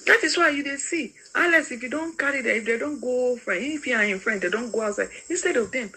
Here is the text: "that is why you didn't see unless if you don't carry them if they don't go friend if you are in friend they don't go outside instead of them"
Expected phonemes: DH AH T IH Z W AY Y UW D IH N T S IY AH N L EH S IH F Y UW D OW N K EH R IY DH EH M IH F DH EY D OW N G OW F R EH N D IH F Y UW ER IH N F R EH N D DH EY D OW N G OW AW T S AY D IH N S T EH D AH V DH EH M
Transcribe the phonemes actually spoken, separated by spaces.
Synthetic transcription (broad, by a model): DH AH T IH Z W AY Y UW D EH S IY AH L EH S IH F Y UW D OW N K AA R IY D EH IH F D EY D OW N G OW F R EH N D IH F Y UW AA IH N F R EH N D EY D OW N G OW AW T S AY D IH N S T EH D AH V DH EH M